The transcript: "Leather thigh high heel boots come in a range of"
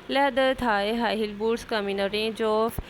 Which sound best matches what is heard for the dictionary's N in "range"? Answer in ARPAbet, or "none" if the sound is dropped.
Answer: none